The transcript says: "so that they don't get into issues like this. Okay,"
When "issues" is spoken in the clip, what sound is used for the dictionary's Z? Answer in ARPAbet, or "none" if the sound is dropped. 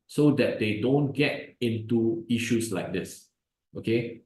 S